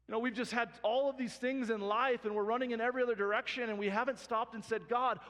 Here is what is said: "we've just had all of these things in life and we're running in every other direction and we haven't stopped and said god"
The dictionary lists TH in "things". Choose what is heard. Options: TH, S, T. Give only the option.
TH